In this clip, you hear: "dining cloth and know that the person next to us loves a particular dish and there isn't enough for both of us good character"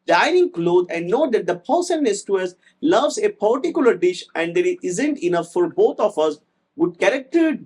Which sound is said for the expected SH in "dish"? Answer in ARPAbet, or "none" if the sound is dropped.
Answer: SH